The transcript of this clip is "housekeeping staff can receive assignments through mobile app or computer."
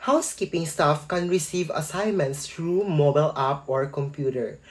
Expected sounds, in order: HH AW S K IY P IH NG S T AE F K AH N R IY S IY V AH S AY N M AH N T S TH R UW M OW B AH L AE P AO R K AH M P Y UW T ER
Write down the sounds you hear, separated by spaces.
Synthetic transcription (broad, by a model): HH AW S K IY P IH NG S T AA F K AH N R IY S IY V AH S AY N M AH N T S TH R UW M OW B AH L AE P AO R K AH M P Y UW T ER